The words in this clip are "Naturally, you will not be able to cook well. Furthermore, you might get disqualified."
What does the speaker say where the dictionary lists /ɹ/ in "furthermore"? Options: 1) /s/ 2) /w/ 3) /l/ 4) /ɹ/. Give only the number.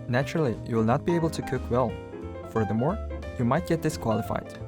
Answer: 4